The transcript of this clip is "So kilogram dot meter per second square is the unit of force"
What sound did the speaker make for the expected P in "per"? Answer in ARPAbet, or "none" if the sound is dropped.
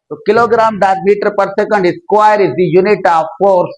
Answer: P